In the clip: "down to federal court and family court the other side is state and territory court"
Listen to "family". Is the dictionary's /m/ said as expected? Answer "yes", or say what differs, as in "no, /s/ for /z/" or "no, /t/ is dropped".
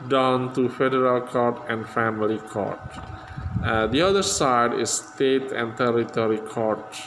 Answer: yes